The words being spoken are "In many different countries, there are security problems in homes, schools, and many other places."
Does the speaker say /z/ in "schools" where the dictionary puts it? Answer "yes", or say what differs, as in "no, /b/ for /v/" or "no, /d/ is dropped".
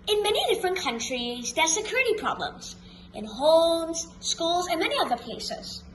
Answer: yes